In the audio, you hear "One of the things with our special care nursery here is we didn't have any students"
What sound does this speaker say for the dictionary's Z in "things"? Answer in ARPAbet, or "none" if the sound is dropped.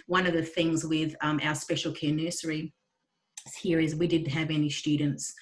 Z